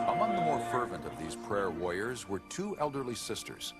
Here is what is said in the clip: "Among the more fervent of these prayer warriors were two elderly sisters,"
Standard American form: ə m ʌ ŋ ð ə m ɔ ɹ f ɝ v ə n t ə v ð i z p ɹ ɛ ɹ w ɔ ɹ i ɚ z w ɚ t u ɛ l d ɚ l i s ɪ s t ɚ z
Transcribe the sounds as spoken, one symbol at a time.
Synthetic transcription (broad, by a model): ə m ʌ ŋ ð ə m ɔ ɹ f ɝ v ə n t ə v ð i z p ɹ ɛ ɹ w ɔ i ɚ z w ɚ t u ɛ l d ɚ l i s ɪ s t ɚ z